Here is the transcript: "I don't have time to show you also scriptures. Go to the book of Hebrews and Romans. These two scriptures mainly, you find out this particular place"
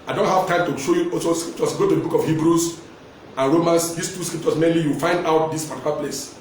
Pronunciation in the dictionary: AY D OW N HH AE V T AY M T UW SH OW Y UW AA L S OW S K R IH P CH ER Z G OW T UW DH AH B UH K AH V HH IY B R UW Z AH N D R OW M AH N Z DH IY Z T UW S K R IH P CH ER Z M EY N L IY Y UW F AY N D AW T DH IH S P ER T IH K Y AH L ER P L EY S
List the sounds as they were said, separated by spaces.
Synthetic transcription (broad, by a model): AY D OW N HH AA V T AY M T UW SH OW Y UW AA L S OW S K R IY P CH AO S G OW T UW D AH B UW K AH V HH IY B R UW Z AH N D R OW M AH N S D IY S T UW S K R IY P CH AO S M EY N L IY Y UW F AY N D AW T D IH S P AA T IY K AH L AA P L EY S